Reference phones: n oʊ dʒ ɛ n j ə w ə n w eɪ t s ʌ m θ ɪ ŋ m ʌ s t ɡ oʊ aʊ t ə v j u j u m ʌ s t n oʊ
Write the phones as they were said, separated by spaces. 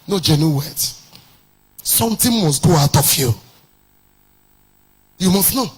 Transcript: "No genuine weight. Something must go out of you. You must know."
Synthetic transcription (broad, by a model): n oʊ dʒ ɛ n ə w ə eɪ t s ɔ m t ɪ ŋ m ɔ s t ɡ oʊ aʊ t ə f j u j u m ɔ s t n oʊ